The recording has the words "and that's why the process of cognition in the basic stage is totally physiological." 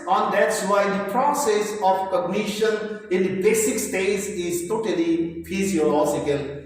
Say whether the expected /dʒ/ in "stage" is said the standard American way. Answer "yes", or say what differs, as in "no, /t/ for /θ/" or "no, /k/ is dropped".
no, /z/ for /dʒ/